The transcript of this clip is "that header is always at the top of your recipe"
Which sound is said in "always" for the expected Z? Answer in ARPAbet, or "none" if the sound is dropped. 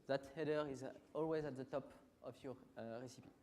Z